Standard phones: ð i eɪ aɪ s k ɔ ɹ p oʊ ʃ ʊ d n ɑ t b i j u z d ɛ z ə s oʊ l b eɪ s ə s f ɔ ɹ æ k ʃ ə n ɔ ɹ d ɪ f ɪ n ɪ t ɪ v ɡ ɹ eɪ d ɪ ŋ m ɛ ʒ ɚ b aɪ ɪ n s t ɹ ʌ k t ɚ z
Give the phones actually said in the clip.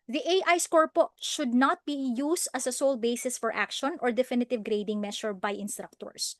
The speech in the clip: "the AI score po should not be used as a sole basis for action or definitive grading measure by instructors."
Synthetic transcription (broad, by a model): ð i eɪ aɪ s k ɔ ɹ p oʊ ʃ ʊ d n ɑ t b i j u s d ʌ s ə s oʊ l b eɪ s ə s f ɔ ɹ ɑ k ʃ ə n ɔ ɹ d ɪ f ɪ n ɪ t ɪ v ɡ ɹ eɪ d ɪ ŋ m ɛ ʃ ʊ b aɪ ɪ n s t ɹ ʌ k t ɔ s